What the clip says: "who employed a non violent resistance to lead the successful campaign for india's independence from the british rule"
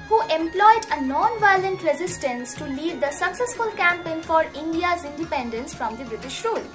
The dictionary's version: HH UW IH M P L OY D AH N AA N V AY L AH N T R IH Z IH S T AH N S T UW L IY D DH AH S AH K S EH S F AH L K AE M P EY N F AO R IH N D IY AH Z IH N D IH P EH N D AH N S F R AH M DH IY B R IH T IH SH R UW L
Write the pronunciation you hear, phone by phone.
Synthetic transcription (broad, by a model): HH UW IH M P L OY D AH N AA N V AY L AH N T R IH Z IH S T AH N S T UW L IY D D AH S AH K S EH S F AH L K AE M P EY N F AO R IH N D IY AH Z IH N D IH P EH N D AH N S F R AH M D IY B R IH T IH SH R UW L